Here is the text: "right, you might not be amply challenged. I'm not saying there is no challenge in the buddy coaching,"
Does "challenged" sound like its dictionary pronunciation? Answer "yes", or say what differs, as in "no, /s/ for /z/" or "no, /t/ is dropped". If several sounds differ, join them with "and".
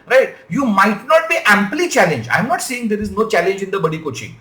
no, /d/ is dropped